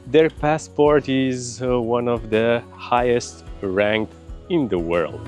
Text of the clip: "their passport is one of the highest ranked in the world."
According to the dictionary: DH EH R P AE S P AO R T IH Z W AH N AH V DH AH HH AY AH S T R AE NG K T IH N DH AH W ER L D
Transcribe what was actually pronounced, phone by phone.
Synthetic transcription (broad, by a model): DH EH R P AE S P AO R T IH Z W AH N AH V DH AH HH AY AH S T R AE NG K IH N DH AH W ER L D